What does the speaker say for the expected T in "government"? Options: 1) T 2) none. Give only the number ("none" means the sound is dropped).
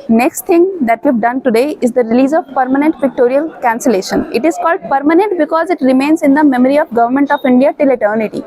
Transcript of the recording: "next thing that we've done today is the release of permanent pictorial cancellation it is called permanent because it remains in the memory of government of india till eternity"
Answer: 1